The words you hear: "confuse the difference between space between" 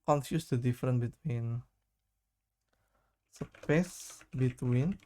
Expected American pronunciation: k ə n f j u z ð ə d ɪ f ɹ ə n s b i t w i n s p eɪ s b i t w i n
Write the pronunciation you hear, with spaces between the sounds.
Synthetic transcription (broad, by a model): k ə n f j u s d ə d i f ɹ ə n b i t w i n s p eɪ s b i t w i n